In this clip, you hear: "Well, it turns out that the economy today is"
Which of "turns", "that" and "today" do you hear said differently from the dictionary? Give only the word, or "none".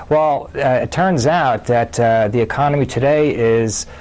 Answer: none